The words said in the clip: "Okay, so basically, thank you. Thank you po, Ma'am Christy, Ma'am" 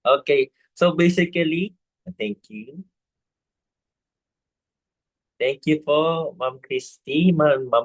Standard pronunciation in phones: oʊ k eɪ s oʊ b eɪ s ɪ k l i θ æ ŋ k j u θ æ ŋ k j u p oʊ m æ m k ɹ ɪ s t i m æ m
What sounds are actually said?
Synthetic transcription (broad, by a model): oʊ k eɪ s oʊ b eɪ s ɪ k l i t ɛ ŋ k j u t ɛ ŋ k j u f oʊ m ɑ m k ɹ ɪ s t i m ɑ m